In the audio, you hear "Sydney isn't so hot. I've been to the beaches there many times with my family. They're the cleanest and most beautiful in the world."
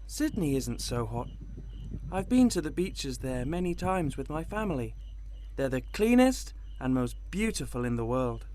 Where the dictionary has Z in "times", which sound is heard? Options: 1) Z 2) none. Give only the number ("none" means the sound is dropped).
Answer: 1